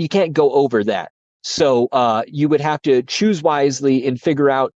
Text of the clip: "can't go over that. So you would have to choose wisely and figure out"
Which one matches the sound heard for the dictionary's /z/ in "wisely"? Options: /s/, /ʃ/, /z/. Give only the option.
/z/